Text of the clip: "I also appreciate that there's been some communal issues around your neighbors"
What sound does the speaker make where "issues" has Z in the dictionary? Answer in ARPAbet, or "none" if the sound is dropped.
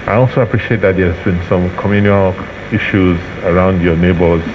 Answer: Z